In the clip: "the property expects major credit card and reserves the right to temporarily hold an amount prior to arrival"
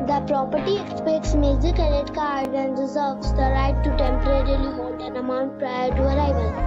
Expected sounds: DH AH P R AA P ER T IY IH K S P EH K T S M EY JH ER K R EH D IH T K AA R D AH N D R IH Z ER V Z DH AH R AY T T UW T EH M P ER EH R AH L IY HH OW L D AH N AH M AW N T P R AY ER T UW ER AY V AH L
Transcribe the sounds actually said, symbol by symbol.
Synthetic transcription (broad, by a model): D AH P R AA P ER T IY IH K S P EH K T S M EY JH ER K EH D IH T K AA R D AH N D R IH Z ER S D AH R AY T T UW T EH M P ER EH R AH L IY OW N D AH N AH M AW N T P R AY ER T UW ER AY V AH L